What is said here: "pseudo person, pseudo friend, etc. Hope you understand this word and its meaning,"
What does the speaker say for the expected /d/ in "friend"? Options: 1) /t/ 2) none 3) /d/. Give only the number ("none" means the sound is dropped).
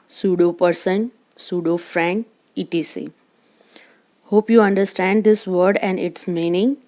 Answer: 2